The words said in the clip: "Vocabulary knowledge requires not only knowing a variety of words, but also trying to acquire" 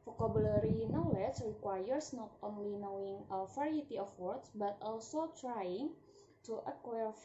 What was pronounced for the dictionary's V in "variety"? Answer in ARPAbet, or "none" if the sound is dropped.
F